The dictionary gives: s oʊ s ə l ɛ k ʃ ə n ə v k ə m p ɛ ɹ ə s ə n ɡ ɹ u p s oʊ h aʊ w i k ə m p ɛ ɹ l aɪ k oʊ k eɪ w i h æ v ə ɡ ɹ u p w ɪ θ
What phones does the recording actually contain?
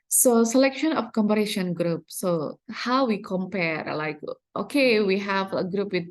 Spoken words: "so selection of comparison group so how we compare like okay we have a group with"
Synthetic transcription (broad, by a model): s oʊ s ə l ɛ k ʃ ə n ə f k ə m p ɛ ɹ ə ʃ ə n ɡ ɹ u p s oʊ h aʊ w i k ə m p ɛ ɹ l aɪ k oʊ k eɪ w i h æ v ə ɡ ɹ u p w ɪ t